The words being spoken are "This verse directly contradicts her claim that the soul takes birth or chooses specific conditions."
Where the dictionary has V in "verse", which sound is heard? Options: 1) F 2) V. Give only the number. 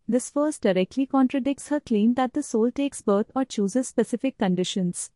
1